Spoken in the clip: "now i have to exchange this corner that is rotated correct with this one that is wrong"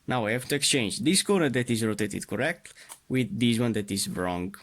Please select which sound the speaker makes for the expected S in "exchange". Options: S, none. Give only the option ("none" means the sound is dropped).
S